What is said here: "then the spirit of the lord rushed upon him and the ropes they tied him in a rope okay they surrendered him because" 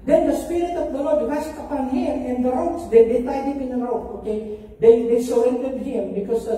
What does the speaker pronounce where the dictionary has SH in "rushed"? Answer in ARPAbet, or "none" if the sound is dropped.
S